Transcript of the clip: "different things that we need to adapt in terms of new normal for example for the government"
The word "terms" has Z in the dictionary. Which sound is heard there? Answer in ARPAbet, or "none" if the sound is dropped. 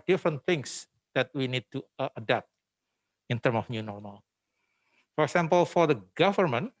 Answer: none